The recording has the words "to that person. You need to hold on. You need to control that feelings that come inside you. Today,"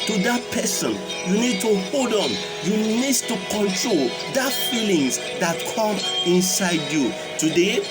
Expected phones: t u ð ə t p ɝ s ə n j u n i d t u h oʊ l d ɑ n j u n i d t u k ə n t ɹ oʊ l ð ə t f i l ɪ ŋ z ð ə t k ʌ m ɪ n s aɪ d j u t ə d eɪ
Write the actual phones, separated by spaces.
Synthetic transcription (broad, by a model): t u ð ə t p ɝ s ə n j u n i d t u h oʊ l d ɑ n j u n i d t u k ə n t ɹ oʊ l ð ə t f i l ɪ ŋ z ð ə t k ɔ m ɪ n s aɪ d j u t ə d eɪ